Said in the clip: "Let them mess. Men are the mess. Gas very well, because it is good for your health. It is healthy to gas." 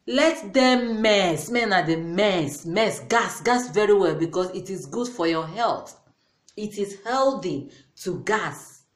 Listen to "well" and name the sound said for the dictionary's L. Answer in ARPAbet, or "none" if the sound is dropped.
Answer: L